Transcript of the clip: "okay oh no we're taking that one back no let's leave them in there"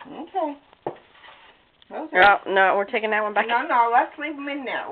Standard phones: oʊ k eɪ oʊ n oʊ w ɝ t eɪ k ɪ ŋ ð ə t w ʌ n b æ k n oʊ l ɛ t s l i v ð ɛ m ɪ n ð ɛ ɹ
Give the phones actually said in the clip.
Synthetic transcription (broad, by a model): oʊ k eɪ oʊ n oʊ w ɝ t eɪ k ɪ ŋ ð ə t w ʌ n b æ k n oʊ n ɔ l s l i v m ɪ n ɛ